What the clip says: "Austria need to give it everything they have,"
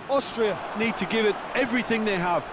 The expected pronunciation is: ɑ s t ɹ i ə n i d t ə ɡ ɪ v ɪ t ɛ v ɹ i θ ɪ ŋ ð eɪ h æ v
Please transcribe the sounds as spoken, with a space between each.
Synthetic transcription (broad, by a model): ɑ s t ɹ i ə n i d t ə ɡ ɪ v ɪ t ɛ v ɹ i θ ɪ ŋ ð eɪ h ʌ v